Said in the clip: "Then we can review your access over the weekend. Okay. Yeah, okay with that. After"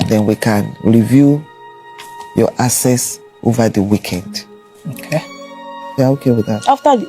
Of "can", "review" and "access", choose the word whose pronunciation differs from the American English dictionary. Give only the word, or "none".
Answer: access